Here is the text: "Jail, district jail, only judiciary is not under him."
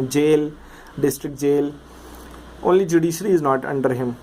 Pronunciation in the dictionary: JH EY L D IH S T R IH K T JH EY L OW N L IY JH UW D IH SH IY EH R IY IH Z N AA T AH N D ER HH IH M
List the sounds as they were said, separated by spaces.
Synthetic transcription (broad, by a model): JH EY L D IH S T R IH K T JH EY L OW N L IY JH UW D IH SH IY R IY IH Z N AA T AH N D ER HH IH M